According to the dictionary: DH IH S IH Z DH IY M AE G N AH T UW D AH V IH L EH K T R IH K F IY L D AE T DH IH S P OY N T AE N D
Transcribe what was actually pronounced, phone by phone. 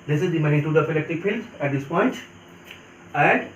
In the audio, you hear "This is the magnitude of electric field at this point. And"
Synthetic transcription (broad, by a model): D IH S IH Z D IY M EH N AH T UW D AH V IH L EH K T IH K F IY L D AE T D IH S P OY N T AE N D